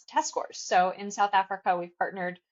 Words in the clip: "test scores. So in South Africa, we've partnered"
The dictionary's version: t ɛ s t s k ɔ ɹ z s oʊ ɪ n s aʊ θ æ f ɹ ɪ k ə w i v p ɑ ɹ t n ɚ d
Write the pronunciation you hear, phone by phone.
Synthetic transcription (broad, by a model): t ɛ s s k ɔ ɹ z s oʊ ɪ n s aʊ θ æ f ɹ ɪ k ə w i v p ɑ ɹ t n ɚ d